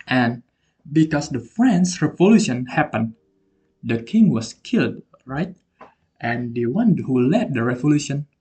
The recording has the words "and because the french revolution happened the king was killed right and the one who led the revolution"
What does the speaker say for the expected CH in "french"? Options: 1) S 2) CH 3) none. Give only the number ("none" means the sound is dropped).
1